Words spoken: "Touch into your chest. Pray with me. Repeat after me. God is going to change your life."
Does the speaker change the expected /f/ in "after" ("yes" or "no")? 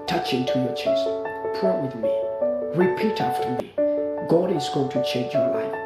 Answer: no